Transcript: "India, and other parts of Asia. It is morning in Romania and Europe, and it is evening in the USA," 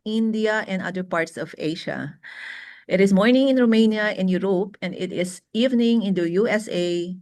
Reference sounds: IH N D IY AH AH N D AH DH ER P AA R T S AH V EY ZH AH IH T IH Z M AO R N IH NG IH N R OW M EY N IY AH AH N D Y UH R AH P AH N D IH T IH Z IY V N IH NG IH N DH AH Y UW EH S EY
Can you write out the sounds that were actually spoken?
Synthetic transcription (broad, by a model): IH N D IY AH AH N D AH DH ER P AA R T S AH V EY SH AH IH T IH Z M AO R N IH NG IH N R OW M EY N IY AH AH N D Y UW R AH P AH N D IH T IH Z IY V N IH NG IH N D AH Y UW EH S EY